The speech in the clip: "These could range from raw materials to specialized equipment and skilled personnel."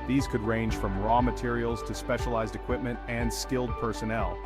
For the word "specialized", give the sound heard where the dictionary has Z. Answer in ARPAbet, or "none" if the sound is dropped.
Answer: Z